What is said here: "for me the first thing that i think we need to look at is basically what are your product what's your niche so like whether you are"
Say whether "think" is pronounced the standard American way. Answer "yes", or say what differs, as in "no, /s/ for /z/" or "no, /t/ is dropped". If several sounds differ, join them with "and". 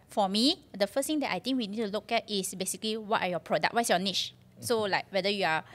no, /t/ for /θ/